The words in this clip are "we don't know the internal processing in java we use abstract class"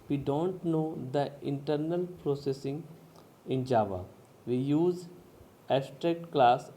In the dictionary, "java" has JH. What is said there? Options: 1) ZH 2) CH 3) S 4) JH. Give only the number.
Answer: 4